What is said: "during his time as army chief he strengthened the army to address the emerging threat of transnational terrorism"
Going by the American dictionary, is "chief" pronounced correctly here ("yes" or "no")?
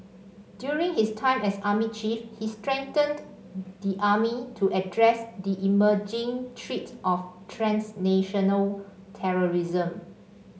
yes